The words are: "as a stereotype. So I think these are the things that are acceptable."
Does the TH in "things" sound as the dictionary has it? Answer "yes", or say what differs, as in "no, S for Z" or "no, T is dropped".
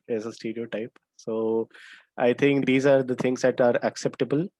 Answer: no, T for TH